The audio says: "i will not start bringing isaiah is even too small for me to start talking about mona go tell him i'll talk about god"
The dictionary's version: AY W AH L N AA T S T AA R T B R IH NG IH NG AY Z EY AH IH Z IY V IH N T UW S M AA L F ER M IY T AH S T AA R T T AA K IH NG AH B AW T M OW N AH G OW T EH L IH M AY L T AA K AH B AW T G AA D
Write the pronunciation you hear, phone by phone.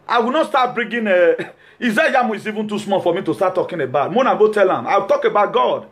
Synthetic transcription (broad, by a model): AY W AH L N AA T S T AA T B R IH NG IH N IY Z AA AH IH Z IY V IH N T UW S M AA F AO M IY T AH S T AA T T AA K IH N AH B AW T M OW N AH G OW T EH L IH M AY W T AA K AH B AW T G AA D